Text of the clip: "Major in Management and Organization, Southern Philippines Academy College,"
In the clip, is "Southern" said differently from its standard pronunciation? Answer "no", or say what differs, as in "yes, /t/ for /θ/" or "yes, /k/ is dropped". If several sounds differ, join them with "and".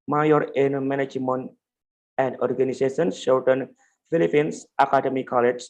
yes, /ʃ/ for /s/